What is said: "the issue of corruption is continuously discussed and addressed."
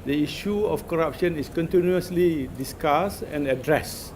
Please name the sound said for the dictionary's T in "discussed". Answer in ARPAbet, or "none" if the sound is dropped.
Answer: none